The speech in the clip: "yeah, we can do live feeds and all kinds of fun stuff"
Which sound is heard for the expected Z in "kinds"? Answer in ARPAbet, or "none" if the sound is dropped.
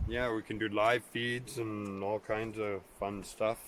Z